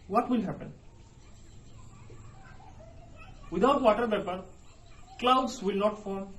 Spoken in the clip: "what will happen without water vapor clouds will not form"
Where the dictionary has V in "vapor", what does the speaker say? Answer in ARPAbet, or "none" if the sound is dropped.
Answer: P